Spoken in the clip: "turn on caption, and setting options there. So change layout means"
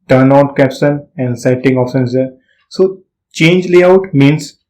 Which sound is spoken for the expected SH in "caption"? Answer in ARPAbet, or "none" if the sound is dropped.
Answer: S